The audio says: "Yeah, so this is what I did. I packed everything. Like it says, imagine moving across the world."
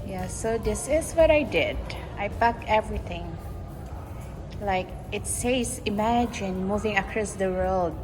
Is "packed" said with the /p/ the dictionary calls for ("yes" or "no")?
no